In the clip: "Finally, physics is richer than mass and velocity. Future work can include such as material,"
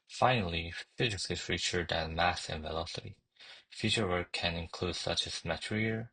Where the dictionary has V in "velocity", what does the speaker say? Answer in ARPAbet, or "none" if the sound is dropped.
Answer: V